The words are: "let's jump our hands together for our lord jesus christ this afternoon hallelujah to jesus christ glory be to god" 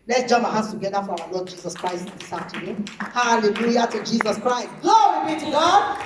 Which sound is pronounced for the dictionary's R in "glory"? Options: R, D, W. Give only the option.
W